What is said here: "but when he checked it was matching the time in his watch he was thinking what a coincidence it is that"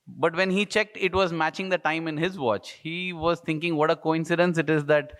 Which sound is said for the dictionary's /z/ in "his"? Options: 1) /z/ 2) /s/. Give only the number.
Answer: 1